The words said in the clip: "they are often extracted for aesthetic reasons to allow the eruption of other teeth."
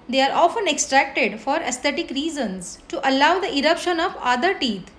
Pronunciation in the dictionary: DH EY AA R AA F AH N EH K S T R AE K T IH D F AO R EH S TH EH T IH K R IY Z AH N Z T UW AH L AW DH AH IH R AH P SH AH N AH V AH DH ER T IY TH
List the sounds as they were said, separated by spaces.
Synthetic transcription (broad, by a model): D EY AA R AA F AH N EH K S T R AE K T IH D F AO R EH S T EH T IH K R IY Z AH N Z T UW AH L AW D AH IH R AH P SH AH N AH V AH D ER T IY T